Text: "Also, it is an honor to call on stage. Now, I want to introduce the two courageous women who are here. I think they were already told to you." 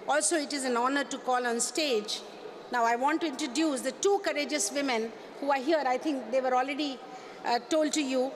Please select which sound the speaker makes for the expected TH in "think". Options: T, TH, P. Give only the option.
T